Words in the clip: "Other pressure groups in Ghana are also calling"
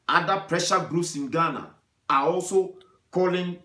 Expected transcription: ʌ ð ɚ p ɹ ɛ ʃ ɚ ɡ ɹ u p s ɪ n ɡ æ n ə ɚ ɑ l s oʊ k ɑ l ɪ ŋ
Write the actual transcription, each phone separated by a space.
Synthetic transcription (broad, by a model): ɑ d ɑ p ɹ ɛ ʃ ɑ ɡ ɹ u s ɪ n ɡ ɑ n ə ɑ ɑ l s oʊ k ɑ l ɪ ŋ